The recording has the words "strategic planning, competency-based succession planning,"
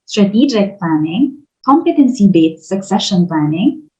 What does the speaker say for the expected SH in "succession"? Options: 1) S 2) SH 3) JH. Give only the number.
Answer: 2